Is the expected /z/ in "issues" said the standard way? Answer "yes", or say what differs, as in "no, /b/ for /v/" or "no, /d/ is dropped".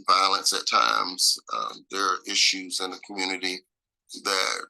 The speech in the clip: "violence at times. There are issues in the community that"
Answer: yes